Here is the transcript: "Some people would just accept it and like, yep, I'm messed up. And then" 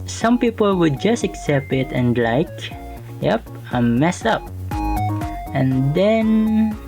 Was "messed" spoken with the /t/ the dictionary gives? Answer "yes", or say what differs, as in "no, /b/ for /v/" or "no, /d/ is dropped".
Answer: no, /t/ is dropped